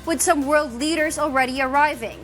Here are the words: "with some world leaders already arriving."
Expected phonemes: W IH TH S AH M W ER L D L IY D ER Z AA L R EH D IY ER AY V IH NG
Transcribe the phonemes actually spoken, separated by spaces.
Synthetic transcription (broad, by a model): W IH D S AH M W ER L D L IY D ER Z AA L R EH D IY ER AY V IH NG